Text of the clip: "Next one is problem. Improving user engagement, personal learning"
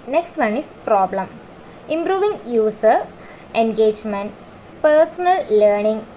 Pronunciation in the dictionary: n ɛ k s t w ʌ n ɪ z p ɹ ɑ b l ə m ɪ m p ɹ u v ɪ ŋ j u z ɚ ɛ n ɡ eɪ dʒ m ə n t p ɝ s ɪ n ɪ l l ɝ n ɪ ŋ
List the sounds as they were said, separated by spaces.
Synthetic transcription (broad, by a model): n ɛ k s t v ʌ n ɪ s p ɹ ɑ b l ə m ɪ m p ɹ u v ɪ ŋ j u s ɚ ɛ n ɡ eɪ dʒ m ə n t p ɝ s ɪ n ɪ l l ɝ n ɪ ŋ